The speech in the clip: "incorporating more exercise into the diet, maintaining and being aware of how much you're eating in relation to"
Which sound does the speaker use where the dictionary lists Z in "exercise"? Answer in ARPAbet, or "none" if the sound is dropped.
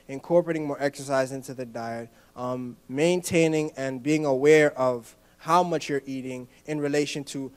Z